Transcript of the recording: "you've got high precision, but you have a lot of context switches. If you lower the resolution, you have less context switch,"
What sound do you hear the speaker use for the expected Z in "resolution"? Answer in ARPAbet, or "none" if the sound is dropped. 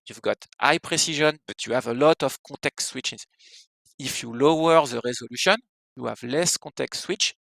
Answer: Z